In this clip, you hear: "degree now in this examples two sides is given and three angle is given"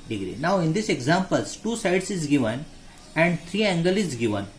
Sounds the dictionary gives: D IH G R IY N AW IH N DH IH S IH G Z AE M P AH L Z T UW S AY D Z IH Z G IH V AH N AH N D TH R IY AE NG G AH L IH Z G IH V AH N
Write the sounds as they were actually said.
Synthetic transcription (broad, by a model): D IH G R IY N AW IH N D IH S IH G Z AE M P AH L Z T UW S AY D S IH Z G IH V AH N AH N D T R IY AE NG G AH L IH Z G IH V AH N